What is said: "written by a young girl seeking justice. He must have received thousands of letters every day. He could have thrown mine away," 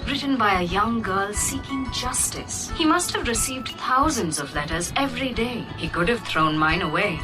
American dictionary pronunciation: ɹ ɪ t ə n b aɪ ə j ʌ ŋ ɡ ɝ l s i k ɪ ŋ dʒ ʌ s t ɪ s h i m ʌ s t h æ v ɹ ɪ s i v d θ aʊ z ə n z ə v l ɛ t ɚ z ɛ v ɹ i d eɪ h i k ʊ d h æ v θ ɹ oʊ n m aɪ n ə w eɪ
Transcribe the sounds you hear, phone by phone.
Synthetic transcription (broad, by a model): ɹ ɪ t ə n b aɪ ə j ʌ ŋ ɡ ɝ l s i k ɪ ŋ dʒ ʌ s t ɪ s h i m ʌ s t h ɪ v ɹ ɪ s i v d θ aʊ z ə n z ə v l ɛ t ɚ z ɛ v ɹ i d eɪ h i k ʊ d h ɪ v θ ɹ oʊ n m aɪ n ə w eɪ